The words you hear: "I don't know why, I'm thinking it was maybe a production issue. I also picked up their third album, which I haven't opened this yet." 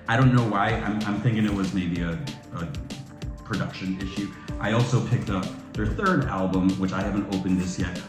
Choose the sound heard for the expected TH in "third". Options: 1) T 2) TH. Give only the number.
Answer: 2